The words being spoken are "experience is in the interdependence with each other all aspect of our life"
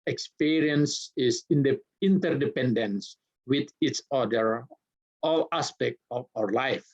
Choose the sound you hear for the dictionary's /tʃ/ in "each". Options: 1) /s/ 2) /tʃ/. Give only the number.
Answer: 1